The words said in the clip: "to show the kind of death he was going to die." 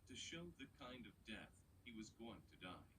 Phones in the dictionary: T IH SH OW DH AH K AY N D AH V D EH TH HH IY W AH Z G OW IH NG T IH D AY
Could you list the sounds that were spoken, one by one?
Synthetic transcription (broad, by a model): T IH SH OW DH AH K AY N D AH V D EH TH HH IY W AH Z G OW IH NG T IH D AY